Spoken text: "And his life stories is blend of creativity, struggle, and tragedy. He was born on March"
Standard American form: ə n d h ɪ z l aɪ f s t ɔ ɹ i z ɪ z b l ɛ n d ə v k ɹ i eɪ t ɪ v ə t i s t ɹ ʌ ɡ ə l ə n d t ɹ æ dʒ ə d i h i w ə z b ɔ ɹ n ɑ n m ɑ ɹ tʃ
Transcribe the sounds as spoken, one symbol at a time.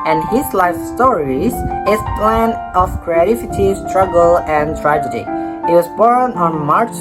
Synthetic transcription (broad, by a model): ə n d h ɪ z l aɪ f s t ɔ ɹ i z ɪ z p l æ n ə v k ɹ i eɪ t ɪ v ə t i s t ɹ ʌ ɡ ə l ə n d t ɹ æ dʒ ə d i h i w ə z b ɔ ɹ n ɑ n m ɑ ɹ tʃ